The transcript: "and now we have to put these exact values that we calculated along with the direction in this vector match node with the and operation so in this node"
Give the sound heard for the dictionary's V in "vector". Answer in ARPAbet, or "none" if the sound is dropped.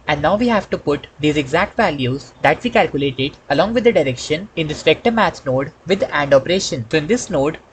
P